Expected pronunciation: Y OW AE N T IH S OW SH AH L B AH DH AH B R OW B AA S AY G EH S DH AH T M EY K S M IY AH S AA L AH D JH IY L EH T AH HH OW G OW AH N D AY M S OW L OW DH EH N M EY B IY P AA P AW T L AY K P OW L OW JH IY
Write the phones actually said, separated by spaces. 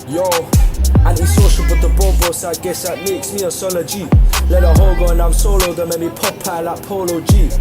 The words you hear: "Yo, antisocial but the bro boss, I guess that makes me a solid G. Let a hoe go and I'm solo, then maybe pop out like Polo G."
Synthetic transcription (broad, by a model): Y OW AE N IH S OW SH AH N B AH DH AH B OW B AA S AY G EH S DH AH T M EY K S M IY AH S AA L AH JH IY L EH T AH HH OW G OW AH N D AY M S OW L OW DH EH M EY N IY P AA P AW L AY P OW L OW JH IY